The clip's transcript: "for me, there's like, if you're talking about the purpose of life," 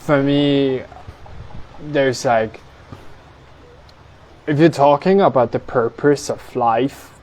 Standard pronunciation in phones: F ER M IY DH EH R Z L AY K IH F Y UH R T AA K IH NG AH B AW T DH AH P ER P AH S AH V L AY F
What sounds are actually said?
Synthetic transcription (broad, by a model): F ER M IY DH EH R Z L AY K IH F Y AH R T AA K IH NG AH B AW T DH AH P ER P AH S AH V L AY F